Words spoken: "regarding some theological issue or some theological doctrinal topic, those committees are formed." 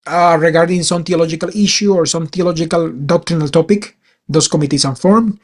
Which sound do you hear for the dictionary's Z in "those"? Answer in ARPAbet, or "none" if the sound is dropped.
S